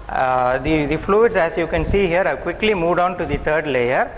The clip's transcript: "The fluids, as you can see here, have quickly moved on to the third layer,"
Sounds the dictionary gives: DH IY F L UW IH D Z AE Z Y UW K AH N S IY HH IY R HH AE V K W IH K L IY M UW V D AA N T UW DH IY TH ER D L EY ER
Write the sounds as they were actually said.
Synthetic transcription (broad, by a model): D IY F L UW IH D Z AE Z Y UW K AH N S IY HH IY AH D K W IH K L IY M UW V D AA N T UW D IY T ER D L EY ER